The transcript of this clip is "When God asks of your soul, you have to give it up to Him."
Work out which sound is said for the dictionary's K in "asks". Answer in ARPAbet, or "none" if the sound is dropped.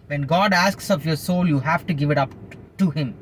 K